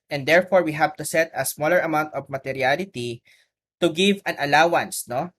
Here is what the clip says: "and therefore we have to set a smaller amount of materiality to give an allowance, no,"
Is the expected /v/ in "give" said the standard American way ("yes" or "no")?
yes